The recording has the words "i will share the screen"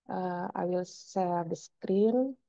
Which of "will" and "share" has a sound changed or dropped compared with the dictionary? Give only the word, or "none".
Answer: share